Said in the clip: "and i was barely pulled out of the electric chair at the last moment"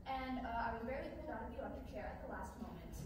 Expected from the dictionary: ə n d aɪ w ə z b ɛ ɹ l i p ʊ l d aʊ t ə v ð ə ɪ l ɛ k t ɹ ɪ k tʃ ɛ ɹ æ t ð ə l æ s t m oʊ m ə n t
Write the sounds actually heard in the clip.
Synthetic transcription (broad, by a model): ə n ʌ aɪ w ə z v ɛ ɹ i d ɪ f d aʊ t ə v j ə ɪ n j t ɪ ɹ tʃ ɛ ɹ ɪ t ð ə l æ s t m oʊ m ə n t